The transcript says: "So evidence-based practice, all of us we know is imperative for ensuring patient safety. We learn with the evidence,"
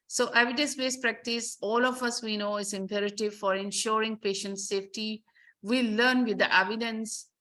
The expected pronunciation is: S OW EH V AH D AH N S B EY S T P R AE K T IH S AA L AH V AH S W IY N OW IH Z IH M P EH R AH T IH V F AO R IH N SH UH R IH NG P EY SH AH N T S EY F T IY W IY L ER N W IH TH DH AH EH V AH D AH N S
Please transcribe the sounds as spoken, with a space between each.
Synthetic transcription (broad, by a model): S OW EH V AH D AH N S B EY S P R AE K T IH S AA L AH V AH S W IY N OW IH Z IH M P EH R AH T IH V F AO R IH N SH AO R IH NG P EY SH AH N T S EY F T IY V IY L ER N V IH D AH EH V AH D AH N S